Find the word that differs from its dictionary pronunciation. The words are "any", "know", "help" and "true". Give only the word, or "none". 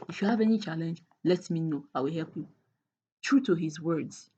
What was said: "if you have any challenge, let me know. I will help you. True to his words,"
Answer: none